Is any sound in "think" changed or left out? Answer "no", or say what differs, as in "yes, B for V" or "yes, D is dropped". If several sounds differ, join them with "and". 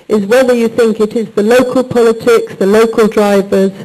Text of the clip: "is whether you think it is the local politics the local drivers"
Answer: no